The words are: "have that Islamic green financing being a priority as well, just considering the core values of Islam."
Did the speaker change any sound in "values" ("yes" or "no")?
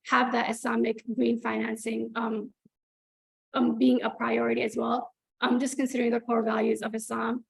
no